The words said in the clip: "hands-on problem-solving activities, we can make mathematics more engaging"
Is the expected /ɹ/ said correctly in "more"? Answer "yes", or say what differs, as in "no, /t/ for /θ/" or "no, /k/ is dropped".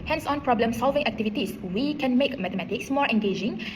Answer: yes